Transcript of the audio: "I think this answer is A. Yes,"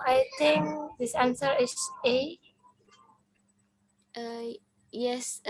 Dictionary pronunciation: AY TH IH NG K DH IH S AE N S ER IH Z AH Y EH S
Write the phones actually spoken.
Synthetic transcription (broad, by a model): AY T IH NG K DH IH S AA N S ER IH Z AH Y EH S